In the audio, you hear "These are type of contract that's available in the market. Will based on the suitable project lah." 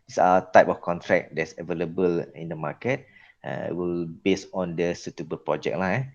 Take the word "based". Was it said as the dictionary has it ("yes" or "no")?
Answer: no